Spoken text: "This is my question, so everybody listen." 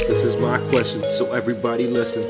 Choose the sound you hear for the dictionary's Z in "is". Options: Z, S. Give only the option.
Z